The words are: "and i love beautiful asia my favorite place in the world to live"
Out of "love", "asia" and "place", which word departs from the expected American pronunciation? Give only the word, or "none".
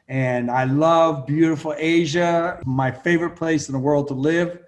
none